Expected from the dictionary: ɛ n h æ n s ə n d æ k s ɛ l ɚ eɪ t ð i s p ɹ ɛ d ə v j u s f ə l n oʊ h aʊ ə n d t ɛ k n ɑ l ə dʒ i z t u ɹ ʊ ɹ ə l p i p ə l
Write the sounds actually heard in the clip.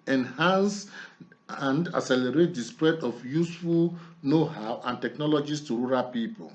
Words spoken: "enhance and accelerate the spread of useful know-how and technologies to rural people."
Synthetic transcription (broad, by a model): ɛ n h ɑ n s ə n d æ s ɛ l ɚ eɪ t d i s p ɹ ɛ d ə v j u s f ə l n oʊ h aʊ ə n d t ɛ k n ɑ l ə dʒ i s t u ɹ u ɹ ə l p i p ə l